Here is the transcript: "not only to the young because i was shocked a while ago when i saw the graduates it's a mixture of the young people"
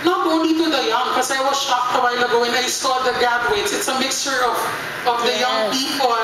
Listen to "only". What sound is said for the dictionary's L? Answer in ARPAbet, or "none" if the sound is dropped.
none